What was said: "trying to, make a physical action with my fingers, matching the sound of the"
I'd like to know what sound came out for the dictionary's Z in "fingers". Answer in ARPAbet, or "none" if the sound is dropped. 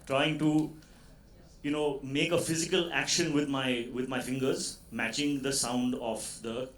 Z